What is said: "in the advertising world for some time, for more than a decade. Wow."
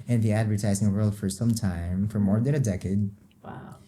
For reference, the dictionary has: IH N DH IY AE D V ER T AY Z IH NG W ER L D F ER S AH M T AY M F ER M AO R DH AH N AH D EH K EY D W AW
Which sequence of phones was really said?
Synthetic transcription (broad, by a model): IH N DH IY AE D V ER T AY Z IH NG W ER L D F ER S AH M T AY M F ER M AO R DH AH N AH D EH K EY D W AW